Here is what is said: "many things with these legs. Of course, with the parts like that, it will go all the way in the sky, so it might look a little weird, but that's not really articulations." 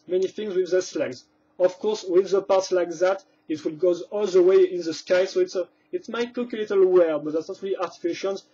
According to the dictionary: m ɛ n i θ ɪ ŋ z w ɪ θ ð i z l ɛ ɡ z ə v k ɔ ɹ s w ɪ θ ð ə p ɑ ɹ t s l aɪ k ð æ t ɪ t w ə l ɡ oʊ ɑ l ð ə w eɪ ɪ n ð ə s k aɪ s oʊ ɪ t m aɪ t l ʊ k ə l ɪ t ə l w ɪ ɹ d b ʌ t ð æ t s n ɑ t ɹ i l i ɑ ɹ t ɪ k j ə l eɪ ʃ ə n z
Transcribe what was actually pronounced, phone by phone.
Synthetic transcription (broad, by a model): m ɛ n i θ ɪ ŋ z w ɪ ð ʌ s l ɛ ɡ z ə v k ɔ ɹ s w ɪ ð ə p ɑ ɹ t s l aɪ k ð æ t ɪ t w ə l ɡ oʊ ɑ l ð ə w eɪ ɪ n ð ə s k aɪ s oʊ ɪ t m aɪ t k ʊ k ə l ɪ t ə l w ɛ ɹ b ʌ t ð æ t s n ɑ t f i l i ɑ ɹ t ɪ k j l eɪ ʃ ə n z